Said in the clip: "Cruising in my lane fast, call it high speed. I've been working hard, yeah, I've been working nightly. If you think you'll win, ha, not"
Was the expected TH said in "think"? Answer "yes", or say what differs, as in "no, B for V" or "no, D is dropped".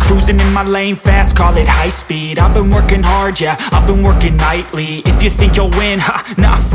yes